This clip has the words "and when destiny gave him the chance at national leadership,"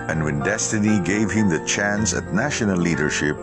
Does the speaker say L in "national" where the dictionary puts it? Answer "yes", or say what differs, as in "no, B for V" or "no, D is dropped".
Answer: no, N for L